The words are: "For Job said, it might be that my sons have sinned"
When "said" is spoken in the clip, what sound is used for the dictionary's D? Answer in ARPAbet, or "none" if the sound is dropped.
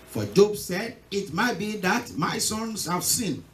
D